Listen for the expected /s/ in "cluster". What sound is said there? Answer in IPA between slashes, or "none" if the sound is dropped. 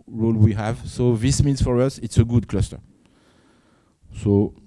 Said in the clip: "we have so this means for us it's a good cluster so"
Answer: /s/